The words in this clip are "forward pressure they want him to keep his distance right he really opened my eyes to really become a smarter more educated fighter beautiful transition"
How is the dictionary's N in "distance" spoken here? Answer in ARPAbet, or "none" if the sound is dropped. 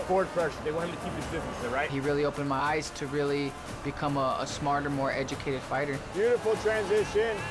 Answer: none